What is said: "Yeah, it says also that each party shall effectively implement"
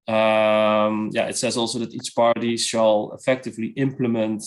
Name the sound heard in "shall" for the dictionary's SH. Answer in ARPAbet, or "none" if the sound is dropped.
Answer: S